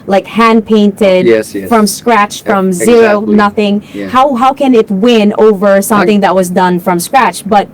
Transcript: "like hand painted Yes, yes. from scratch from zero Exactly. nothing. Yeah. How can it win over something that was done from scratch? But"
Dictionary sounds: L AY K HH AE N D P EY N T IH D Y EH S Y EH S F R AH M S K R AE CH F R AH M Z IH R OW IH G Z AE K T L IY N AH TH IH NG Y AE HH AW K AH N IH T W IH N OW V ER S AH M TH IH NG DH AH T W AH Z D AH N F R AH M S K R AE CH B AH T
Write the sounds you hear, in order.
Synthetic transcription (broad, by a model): L AY K HH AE N P EY N T IH D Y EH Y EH F R AH M S K R AE CH F R AH M Z IH R OW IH N AH TH IH NG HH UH HH AW K AH N IH T W IH N OW V ER S AH M TH IH NG DH AH T W AH Z D AH N F R AH M S K R AE CH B AH T